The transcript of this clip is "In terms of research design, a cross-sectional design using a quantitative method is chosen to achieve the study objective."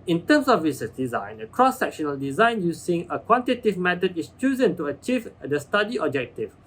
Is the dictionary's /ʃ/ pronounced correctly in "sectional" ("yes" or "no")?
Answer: yes